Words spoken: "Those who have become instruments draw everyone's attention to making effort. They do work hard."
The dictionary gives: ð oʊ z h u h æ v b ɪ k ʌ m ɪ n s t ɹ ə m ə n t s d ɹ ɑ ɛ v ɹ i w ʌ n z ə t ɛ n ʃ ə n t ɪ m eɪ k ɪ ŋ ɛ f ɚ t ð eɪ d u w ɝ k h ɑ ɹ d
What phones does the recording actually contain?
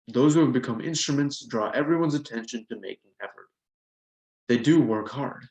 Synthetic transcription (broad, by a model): ð oʊ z h u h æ v b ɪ k ʌ m ɪ n s t ɹ ə m ə n t s d ɹ ɑ ɛ v ɹ i w ʌ n z ə t ɛ n ʃ ə n t ɪ m eɪ k ɪ ŋ ɛ f ɚ t ð eɪ d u w ɝ k h ɑ ɹ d